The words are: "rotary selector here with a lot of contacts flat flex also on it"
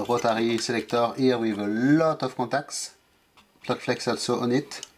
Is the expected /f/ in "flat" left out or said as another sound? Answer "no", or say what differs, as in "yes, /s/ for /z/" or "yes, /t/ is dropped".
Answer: yes, /p/ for /f/